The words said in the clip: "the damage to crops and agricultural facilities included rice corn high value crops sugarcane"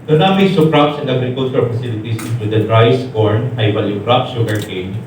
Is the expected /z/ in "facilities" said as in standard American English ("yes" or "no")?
no